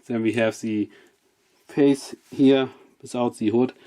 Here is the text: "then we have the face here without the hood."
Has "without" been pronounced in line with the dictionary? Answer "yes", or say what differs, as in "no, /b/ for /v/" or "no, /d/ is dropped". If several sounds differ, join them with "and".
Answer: no, /s/ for /θ/